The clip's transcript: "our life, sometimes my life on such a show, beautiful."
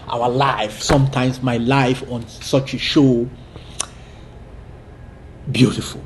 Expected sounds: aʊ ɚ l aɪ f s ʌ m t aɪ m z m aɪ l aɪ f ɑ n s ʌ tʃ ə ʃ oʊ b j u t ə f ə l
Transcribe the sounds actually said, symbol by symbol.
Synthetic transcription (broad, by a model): aʊ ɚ l aɪ f s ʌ m t aɪ m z m aɪ l aɪ f ɑ n s ʌ tʃ ə ʃ oʊ b j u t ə f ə l